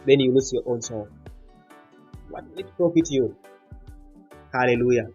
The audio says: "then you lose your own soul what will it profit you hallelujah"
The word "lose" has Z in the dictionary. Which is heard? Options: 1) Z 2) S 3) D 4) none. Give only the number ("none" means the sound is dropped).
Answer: 2